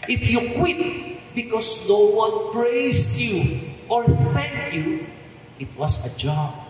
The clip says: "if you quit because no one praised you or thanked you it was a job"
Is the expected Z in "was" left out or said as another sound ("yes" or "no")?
yes